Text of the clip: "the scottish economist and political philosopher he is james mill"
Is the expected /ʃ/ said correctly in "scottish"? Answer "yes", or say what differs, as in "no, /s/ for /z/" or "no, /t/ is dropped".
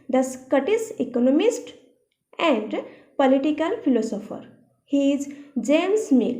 no, /s/ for /ʃ/